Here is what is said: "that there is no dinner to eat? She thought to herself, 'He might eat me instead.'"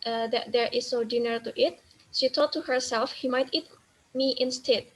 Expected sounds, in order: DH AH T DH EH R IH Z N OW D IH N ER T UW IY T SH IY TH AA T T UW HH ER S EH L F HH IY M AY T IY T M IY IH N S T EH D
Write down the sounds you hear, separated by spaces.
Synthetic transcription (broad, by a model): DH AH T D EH R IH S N OW D IH N ER T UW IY T SH IY T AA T T UW HH ER S EH L F HH IY M AY T IY T M IY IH N S T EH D